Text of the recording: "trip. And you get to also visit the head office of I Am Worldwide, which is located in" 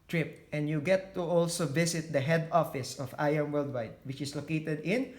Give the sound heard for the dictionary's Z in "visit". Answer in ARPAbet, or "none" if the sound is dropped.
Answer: S